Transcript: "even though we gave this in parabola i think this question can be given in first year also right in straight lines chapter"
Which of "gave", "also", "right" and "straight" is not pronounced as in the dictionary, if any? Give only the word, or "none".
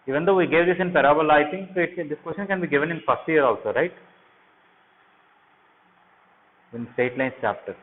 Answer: straight